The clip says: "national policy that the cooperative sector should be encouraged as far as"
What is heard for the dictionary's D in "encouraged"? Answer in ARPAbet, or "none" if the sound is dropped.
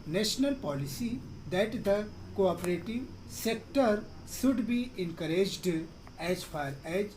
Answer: D